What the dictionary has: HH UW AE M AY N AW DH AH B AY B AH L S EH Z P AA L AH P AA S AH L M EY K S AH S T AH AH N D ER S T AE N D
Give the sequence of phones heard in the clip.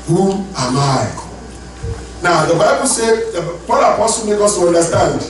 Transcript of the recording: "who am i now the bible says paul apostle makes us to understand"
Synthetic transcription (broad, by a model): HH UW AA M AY N AW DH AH B AY B AH L S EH P AA L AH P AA S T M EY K AO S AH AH N D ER S T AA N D